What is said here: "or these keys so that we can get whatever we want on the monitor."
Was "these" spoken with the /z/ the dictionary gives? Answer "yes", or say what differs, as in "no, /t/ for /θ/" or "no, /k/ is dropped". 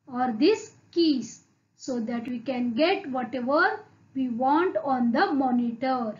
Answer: no, /s/ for /z/